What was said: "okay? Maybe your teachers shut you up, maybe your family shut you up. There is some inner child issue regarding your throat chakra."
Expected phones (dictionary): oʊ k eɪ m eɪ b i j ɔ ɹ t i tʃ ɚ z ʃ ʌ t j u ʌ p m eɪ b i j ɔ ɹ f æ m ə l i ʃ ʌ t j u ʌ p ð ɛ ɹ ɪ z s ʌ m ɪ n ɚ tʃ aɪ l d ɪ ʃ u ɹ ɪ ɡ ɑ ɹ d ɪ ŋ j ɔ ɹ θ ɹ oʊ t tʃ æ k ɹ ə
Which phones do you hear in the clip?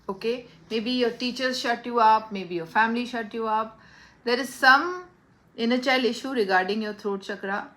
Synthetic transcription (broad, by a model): oʊ k eɪ m eɪ b i j ɔ ɹ t i tʃ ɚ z ʃ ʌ t j u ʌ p m eɪ b i j ɔ ɹ f æ m ə l i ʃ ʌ t j u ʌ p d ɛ ɹ ɪ z s ʌ m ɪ n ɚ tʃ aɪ l ɪ ʃ u ɹ ɪ ɡ ɑ ɹ d ɪ ŋ j ɔ ɹ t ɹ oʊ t tʃ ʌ k ɹ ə